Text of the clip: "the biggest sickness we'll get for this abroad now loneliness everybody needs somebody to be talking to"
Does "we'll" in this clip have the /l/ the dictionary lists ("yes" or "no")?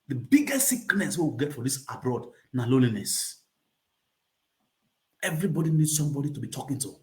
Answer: no